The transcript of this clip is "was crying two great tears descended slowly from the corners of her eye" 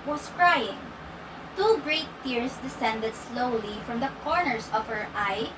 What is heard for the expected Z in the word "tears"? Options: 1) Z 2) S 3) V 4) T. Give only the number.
2